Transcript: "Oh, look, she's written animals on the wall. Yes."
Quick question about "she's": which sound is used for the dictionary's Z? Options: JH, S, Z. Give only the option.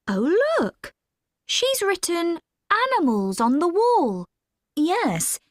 Z